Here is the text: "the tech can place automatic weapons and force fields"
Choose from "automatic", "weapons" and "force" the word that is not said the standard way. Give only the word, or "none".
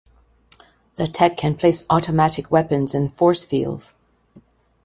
none